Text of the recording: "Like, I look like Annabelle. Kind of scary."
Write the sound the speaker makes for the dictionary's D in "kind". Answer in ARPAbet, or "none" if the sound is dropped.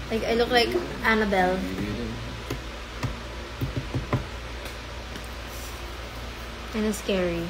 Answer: none